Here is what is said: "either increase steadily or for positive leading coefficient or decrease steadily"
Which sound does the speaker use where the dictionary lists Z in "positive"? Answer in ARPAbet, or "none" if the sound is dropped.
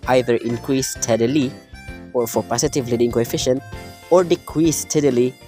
S